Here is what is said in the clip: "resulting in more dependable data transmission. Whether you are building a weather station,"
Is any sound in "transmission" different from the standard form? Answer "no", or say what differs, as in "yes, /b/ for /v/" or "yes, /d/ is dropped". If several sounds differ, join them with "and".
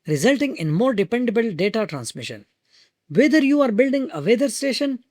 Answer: no